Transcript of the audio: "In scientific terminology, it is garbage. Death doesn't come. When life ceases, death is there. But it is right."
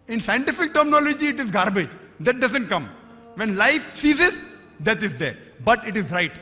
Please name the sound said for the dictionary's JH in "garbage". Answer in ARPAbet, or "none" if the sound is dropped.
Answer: JH